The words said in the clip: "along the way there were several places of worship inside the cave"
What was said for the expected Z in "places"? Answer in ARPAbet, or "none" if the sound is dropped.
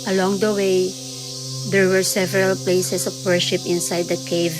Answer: S